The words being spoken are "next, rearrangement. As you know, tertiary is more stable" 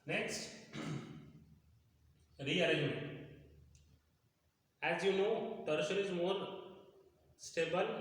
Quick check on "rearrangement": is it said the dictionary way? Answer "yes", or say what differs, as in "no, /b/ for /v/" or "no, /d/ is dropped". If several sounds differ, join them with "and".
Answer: no, /n/ is dropped and /m/ is dropped and /t/ is dropped